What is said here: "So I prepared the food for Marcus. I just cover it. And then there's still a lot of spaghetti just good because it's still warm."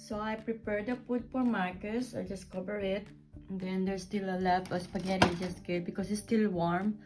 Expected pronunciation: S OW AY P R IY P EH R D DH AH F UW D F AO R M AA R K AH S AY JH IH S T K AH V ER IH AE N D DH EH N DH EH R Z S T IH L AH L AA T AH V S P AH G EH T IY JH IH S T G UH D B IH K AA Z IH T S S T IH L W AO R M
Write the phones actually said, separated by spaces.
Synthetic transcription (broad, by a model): S OW AY P R IY P EH R D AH P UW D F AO R M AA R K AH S AY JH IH S K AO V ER IH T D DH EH N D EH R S T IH L AH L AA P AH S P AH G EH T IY JH IH S T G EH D B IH K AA S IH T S S T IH L W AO R M